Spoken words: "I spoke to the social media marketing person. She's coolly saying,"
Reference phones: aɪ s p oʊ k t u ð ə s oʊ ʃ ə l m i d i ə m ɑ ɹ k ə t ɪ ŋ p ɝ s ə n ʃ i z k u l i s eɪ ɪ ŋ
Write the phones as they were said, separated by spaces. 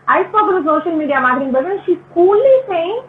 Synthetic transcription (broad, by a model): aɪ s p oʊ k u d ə s oʊ ʃ ə l m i d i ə m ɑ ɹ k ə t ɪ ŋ b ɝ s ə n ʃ i s k u l i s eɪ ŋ